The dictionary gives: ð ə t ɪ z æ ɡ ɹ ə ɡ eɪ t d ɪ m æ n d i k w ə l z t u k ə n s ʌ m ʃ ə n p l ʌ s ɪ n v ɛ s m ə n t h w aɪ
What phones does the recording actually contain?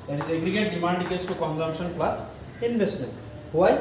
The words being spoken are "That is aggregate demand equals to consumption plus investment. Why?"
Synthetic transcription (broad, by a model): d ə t ɪ z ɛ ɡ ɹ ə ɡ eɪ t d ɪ m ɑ n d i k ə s t u k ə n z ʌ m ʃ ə n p l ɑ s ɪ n b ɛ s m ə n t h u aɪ